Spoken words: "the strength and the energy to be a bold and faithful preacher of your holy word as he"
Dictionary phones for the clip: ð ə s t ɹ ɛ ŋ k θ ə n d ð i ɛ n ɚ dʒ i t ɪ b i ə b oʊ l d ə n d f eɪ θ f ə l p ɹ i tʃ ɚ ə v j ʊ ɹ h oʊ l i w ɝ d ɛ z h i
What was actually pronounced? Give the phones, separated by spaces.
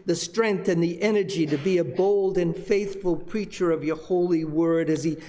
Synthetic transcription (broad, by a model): ð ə s t ɹ ɛ ŋ k θ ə n ð i ɛ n ɚ dʒ i t ɪ b i ə b oʊ l d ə n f f eɪ θ f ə l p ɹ i tʃ ɚ ə v j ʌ ɹ h oʊ l i w ɝ d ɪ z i